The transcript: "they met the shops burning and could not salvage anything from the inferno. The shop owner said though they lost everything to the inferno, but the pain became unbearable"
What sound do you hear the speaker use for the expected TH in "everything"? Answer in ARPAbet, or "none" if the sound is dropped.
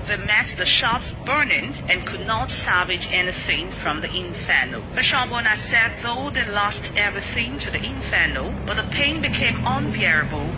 TH